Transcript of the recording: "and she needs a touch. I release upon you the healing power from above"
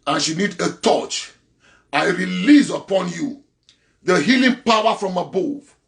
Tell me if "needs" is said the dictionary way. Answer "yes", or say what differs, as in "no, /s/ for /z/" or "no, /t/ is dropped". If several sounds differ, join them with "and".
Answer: no, /z/ is dropped